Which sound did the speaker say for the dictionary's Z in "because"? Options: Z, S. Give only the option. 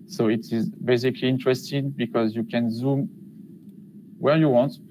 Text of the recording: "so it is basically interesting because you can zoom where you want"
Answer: Z